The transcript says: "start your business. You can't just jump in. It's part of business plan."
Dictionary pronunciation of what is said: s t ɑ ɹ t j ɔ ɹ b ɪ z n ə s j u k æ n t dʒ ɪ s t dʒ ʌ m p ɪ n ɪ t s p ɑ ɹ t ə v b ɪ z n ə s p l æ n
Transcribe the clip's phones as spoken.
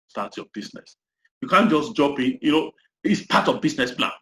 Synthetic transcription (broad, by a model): s t ɑ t j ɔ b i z n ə s j u k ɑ n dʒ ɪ s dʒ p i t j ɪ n ɪ t s p ɑ t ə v b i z n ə s p l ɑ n